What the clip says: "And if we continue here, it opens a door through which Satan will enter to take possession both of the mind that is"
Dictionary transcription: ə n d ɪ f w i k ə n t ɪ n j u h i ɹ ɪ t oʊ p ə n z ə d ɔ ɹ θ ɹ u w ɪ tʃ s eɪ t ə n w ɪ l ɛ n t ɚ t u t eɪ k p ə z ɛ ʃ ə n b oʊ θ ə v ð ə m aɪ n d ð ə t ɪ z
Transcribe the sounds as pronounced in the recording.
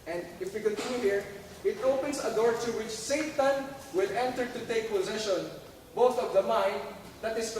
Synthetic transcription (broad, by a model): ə n d ɪ f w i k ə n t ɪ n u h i ɹ ɪ t oʊ p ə n s ə d ɔ ɹ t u w ɪ tʃ s eɪ t ə n w ɪ l ɛ n t ɚ t u t eɪ k p ə z ɛ ʃ ə n b oʊ θ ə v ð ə m aɪ n d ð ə t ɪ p